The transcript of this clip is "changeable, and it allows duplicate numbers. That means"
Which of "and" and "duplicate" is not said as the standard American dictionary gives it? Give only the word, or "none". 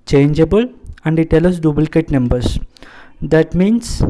duplicate